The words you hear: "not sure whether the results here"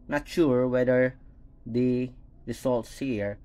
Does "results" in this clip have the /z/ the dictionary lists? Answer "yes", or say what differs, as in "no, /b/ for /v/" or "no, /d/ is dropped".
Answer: no, /s/ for /z/